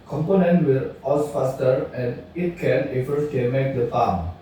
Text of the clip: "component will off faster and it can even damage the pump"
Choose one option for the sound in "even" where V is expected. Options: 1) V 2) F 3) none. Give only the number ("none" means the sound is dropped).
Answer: 2